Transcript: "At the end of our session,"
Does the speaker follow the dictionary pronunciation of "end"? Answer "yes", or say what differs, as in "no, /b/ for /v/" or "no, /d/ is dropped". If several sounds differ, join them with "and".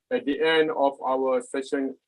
yes